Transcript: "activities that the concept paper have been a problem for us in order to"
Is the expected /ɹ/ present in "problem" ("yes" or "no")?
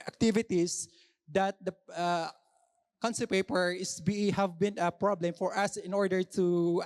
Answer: yes